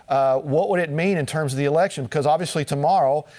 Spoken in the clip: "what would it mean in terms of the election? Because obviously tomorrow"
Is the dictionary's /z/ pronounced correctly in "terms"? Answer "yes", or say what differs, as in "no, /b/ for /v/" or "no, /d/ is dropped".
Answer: yes